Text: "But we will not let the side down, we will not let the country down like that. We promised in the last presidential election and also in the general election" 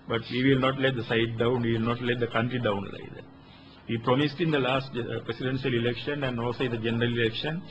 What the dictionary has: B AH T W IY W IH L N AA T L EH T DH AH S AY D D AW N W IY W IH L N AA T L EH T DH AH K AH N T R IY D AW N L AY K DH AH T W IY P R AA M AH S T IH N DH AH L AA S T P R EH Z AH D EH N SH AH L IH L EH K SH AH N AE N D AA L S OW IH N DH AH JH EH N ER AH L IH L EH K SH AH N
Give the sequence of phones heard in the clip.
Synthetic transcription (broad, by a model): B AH T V IY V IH L N AA T L EH T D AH S AY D D AW N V IY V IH L N AA T L EH T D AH K AH N T R IY D AW N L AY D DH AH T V IY P R AA M AH S T IH N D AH L AA S T P R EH S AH D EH N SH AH L IH L EH K SH AH N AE N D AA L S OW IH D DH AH JH EH N ER AH L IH L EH K SH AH N